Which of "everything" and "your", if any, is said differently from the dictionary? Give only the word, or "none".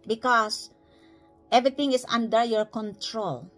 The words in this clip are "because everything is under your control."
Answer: everything